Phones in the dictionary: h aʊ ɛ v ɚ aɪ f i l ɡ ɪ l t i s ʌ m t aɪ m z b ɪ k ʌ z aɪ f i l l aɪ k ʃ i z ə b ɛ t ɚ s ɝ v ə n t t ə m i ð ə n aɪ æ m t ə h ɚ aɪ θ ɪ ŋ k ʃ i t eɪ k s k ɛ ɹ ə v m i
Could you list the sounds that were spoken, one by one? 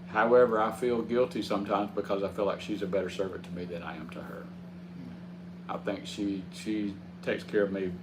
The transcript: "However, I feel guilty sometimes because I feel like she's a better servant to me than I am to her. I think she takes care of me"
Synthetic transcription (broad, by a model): h aʊ ɛ v ɚ aɪ f i l ɡ ɪ l t i s ʌ m t aɪ m z b ɪ k ʌ z aɪ f i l l aɪ k ʃ i z ə b ɛ t ɚ s ɝ v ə n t t ə m i ð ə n aɪ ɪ m t ə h ɚ aɪ θ ɪ ŋ k ʃ i t eɪ k s k ɛ ɹ ə v m i